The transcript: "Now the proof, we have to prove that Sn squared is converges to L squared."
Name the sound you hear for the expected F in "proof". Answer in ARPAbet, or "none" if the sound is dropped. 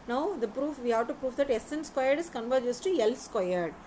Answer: F